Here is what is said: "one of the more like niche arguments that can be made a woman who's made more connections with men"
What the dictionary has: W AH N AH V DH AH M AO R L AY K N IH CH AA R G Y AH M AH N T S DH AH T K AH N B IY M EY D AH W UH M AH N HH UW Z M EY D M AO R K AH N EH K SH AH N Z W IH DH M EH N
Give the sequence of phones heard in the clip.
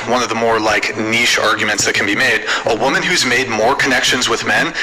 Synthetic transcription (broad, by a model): W AH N AH V DH AH M AO R L AY K N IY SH AA R G Y AH M AH N T S DH AH T K N B IY M EY D AH W UH M AH N HH UW Z M EY D M AO R K AH N EH K SH AH N Z W IH DH M EH N